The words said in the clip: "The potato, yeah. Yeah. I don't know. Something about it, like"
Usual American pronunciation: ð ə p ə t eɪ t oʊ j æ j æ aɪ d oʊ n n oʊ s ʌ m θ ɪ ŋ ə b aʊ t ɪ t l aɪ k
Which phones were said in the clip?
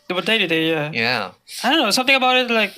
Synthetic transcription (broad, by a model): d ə b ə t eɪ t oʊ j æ j æ aɪ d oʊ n n oʊ s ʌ m t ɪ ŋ ə b aʊ t ɪ t l aɪ k